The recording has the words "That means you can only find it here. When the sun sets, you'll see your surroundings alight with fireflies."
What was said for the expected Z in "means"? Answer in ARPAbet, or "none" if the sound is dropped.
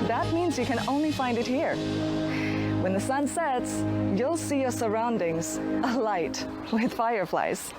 Z